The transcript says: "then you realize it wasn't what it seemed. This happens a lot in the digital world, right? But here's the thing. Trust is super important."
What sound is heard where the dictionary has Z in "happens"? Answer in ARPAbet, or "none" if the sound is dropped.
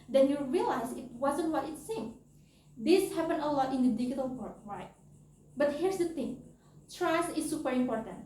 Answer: none